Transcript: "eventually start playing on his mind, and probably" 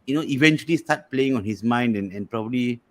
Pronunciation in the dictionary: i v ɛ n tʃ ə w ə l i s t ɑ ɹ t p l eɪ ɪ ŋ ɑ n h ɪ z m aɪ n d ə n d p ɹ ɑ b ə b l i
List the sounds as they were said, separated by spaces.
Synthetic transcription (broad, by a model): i v ɛ n tʃ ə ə l i s t ɑ t p l eɪ ɪ ŋ ɑ n h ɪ s m aɪ n d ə n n p ɹ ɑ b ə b l i